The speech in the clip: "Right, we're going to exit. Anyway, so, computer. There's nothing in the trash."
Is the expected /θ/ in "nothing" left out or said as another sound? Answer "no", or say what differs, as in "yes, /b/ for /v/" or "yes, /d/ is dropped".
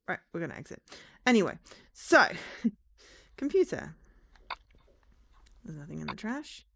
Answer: no